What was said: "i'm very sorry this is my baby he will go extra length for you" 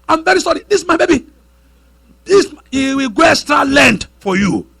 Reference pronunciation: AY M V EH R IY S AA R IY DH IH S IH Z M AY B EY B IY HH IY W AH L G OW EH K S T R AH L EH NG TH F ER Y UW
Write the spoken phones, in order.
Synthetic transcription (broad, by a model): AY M V EH R IY S AA R IY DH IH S M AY B EY B IY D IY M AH W G OW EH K S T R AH L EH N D F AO Y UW